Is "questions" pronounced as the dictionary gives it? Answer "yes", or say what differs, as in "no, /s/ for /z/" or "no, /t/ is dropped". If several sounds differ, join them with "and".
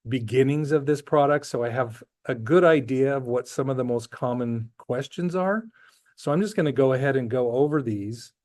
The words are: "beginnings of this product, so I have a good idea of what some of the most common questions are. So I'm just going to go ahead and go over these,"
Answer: yes